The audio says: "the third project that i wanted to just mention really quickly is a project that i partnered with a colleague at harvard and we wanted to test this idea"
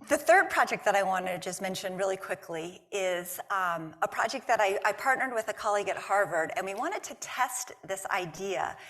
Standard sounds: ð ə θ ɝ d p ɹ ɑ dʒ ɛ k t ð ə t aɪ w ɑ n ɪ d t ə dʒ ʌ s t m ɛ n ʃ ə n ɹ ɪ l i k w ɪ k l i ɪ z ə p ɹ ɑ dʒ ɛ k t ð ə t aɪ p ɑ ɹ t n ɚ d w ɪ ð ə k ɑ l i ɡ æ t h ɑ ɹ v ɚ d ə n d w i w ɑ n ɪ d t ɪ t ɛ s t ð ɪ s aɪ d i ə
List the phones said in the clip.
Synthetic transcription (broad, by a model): ð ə θ ɝ d p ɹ ɑ dʒ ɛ k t ð ə t aɪ w ɑ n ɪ dʒ ʌ s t m ɛ n ʃ ə n ɹ ɪ l i k w ɪ k l i ɪ z ə p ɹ ɑ dʒ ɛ k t ð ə t aɪ p ɑ ɹ t n ɚ d w ɪ ð ə k ɑ l i ɡ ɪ t h ɑ ɹ v ɚ d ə n w i w ɑ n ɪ d t ɪ t ɛ s t ð ɪ s aɪ d i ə